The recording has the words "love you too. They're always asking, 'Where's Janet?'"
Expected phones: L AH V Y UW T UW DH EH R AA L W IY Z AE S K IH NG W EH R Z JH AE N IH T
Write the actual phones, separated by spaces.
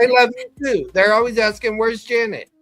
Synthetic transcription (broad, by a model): L AH V Y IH T UW DH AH R AA L W IY Z AE S K IH NG W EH R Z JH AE N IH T